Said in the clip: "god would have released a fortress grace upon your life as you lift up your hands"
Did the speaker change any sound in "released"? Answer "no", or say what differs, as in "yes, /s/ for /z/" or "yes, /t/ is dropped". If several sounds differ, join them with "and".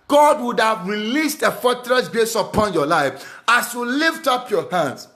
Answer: no